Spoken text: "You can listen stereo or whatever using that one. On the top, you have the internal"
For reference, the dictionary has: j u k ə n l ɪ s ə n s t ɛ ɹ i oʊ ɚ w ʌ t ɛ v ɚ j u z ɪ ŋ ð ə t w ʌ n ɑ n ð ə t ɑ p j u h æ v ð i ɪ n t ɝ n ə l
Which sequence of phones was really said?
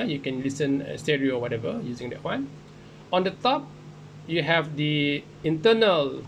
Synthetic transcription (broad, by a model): j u k ə n l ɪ s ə n s t ɛ ɹ i oʊ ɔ w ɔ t ɛ v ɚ j u z ɪ ŋ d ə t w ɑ n ɑ n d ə t ɑ p j u h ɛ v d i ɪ n t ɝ n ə l